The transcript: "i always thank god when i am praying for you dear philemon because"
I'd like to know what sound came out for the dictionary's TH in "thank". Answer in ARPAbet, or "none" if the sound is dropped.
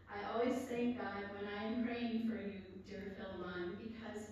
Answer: TH